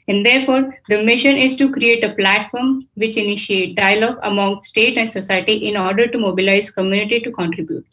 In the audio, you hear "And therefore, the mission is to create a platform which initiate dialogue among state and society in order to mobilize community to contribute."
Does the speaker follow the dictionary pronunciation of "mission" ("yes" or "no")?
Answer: yes